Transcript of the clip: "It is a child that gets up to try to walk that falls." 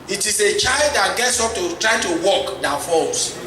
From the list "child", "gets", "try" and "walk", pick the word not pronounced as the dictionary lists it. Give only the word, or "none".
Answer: none